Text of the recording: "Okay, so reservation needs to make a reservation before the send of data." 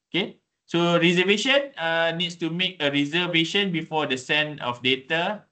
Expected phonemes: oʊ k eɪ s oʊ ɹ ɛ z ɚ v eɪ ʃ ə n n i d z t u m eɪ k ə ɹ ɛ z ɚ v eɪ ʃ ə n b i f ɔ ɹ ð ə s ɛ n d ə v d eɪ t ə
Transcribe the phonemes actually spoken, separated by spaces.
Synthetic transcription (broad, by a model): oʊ k eɪ s oʊ ɹ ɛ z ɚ v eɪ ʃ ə n n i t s t u m eɪ k ə ɹ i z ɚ v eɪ ʃ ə n b i f ɔ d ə s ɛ n ə f d eɪ t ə